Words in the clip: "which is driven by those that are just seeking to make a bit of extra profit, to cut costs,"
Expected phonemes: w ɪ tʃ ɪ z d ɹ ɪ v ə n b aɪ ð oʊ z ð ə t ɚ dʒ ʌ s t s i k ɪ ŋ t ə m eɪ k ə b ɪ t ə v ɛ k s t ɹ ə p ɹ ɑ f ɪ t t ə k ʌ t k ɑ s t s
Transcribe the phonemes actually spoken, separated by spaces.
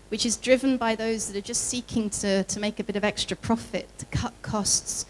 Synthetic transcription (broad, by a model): w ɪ tʃ ɪ z d ɹ ɪ v ə n b aɪ ð oʊ z ð ə t ɚ dʒ ʌ s t s i k ɪ ŋ t ə m eɪ k ə b ɪ t ə v ɛ k s t ɹ ə p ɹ ɑ f ɪ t t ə k ʌ t k ɑ s t s